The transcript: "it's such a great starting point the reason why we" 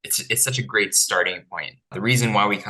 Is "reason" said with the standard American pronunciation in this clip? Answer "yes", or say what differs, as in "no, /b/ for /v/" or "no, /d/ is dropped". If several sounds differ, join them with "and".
yes